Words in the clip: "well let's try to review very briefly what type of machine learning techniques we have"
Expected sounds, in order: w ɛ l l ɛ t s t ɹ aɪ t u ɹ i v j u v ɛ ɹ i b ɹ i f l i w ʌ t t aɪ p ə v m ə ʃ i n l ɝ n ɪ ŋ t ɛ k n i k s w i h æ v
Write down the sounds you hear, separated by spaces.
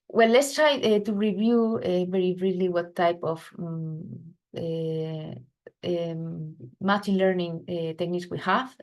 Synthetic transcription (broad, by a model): w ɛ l l ɛ t s t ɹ aɪ t u ɹ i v j u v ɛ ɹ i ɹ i l i w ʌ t t aɪ p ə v m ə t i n l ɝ n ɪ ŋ t ɛ k n i k s w i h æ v